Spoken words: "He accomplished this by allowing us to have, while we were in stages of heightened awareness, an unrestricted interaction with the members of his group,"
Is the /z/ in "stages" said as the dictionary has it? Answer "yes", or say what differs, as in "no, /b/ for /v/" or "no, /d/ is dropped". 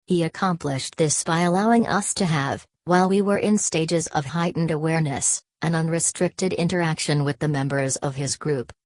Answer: yes